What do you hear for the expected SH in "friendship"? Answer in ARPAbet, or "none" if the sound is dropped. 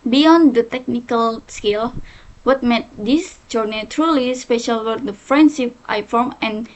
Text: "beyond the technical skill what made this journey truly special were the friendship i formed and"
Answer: S